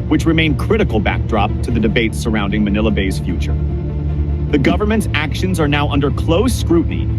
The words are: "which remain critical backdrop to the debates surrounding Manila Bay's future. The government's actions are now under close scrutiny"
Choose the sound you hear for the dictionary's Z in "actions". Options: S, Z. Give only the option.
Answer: Z